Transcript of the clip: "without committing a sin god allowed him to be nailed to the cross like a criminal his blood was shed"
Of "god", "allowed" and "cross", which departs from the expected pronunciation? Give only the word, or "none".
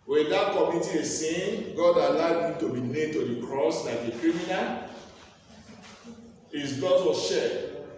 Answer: none